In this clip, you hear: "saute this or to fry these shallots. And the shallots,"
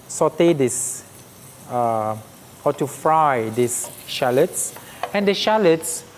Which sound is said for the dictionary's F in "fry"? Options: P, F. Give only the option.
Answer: F